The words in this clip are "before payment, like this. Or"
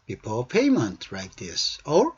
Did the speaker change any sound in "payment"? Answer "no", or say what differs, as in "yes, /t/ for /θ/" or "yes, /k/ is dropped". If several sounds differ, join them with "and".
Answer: no